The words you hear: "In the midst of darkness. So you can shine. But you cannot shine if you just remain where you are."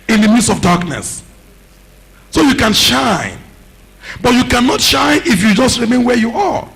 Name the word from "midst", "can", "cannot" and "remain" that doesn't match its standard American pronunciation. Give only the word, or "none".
midst